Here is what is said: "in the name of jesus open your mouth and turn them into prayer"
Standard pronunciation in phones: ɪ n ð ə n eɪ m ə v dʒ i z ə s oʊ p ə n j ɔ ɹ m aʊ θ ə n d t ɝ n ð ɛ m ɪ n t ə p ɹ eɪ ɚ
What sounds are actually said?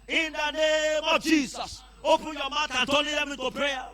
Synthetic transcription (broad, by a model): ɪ n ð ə n eɪ m ə v dʒ i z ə s oʊ p ə n j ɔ m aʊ t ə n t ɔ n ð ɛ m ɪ t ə p ɹ eɪ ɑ